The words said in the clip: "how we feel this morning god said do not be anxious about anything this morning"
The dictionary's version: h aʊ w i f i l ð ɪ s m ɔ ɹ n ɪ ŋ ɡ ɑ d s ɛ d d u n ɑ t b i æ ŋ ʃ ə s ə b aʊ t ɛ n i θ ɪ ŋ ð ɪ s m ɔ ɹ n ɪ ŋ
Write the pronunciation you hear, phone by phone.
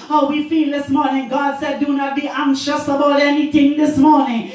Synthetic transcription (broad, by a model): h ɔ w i f i l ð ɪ s m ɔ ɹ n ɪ ŋ ɡ ɑ d s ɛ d d u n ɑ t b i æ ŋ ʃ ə s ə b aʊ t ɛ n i t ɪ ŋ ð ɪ s m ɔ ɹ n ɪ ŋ